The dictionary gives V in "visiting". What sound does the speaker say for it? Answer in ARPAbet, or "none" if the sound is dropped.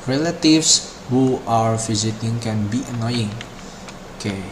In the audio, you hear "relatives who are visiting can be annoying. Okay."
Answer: F